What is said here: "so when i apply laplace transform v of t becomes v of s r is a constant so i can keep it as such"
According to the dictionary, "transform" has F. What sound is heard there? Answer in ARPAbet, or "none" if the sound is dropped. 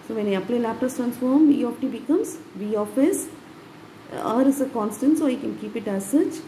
F